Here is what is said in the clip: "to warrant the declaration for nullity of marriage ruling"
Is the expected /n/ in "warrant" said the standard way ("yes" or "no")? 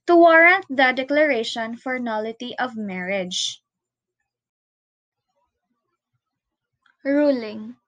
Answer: yes